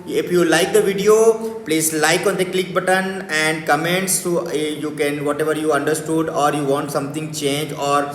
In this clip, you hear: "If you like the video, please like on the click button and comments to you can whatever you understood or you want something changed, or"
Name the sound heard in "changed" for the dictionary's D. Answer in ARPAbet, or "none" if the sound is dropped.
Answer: none